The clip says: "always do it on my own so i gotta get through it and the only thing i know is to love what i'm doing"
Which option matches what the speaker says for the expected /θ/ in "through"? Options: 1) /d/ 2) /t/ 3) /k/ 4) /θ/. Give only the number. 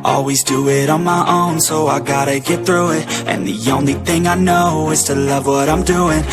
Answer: 4